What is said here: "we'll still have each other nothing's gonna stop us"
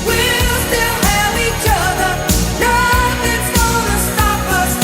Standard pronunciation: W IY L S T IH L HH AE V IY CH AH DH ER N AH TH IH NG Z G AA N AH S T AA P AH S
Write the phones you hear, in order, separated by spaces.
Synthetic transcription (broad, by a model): W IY L S T IH L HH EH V IY CH AH DH ER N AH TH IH Z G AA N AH S T AA P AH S